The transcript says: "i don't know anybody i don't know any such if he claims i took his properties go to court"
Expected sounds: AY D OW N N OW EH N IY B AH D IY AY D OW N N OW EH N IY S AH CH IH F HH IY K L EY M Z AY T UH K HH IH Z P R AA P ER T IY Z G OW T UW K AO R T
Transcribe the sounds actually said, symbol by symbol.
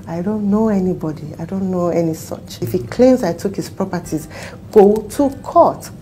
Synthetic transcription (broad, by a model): AY D OW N N OW EH N IY B AH D IY AY D OW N N OW EH N IY S AH CH IH F HH IY K L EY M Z AY T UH K HH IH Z P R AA P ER T IY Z G OW T UW K AO T